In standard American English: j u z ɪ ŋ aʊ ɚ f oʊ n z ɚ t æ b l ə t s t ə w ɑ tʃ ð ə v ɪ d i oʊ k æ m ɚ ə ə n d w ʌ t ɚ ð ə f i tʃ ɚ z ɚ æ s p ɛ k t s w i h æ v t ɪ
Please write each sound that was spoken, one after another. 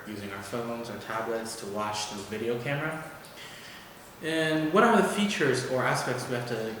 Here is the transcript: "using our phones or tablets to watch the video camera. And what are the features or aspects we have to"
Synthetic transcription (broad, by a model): j u z ɪ ŋ aʊ ɚ f oʊ n z ɚ t æ b l ə t s t ə w ɑ tʃ ð ə v ɪ d i oʊ k æ m ɚ ə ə n w ʌ t ɚ ð ə f i tʃ ɚ z ɚ æ s p ɛ k t s w i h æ f t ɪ